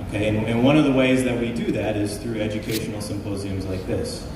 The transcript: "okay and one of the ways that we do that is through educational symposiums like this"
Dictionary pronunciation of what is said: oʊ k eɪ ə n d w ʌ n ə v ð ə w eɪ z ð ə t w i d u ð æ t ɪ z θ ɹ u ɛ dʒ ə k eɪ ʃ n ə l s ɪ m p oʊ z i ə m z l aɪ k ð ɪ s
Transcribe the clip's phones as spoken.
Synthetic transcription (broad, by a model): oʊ k eɪ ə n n w ʌ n ə v ð ə w eɪ z ð ə t w i d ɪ ð æ t ɪ z θ ɹ u ɛ dʒ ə k eɪ ʃ n l s ɪ m p oʊ z i ə m z l aɪ k ð ɪ s